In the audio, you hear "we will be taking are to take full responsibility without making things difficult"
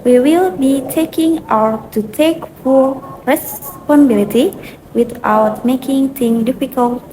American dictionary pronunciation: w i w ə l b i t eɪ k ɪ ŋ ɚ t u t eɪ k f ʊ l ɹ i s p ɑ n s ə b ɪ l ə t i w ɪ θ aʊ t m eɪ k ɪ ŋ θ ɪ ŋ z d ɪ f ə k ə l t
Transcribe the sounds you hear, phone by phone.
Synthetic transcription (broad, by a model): w i w ə l b i t eɪ k ɪ ŋ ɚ t u t eɪ k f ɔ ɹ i s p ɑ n ə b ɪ l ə t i w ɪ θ aʊ t m eɪ k ɪ ŋ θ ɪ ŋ d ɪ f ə k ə l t